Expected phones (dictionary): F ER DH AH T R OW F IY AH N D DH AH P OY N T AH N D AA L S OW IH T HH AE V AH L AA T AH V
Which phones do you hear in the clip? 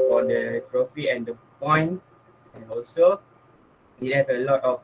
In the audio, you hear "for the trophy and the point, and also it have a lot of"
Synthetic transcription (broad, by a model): F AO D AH T R OW F IY AH N D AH P OY N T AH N AA L S OW IH T HH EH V AH L AA T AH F